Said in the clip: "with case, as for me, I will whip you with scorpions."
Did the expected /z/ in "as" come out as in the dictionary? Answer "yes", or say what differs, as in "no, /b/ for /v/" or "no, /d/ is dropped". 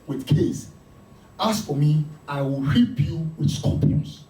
no, /s/ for /z/